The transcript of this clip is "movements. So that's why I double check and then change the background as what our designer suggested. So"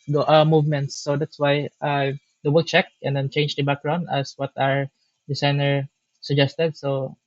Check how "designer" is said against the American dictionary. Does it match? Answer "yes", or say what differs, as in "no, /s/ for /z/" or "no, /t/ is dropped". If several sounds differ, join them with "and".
no, /s/ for /z/